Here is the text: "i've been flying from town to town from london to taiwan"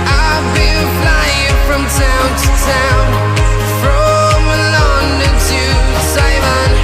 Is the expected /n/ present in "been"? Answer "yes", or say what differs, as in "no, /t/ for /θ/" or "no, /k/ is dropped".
no, /l/ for /n/